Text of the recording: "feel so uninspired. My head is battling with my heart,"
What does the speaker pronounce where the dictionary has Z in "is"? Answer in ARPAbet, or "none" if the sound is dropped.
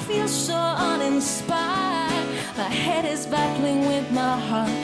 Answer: Z